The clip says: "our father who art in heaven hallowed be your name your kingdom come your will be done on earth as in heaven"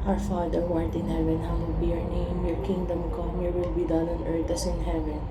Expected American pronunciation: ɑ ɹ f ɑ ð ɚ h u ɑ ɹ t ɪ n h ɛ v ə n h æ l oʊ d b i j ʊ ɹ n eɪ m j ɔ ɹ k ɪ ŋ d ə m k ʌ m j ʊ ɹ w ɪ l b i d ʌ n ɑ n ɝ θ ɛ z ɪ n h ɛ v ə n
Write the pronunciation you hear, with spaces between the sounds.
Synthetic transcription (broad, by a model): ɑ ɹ f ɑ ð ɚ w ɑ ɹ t ɪ n h ɛ v ə n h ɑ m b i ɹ n eɪ m j ɔ ɹ k ɪ ŋ d ə m k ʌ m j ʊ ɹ w ɪ l b i d ʌ n ɑ n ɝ t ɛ s ɪ n h ɛ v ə n